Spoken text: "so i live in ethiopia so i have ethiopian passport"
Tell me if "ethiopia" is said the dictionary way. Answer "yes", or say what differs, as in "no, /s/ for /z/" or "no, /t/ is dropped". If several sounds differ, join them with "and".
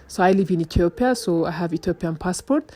no, /t/ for /θ/